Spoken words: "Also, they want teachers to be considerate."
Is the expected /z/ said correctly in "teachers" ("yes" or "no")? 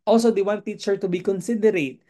no